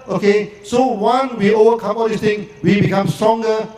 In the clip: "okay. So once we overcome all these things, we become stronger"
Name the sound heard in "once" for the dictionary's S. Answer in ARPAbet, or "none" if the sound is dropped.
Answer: none